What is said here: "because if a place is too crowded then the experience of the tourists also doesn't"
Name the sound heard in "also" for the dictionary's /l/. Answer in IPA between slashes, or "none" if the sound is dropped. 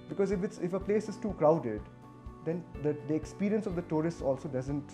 /l/